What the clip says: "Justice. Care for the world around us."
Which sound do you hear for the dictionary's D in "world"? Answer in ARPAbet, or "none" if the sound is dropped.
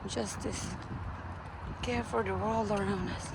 none